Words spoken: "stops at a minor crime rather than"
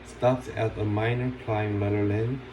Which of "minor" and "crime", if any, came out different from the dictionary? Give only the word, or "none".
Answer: crime